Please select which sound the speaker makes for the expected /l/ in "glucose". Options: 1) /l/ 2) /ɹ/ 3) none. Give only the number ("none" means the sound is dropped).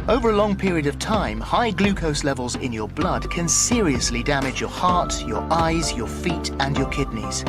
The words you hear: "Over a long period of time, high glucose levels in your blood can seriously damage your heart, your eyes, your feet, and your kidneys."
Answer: 1